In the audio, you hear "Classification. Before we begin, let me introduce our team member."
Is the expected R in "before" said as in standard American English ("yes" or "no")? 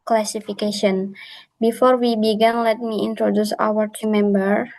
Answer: yes